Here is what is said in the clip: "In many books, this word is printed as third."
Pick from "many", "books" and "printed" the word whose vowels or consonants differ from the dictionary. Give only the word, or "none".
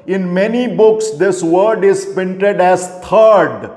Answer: printed